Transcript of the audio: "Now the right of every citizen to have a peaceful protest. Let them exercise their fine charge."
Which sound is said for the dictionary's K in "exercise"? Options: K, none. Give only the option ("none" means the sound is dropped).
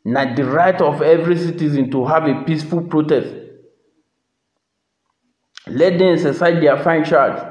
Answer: none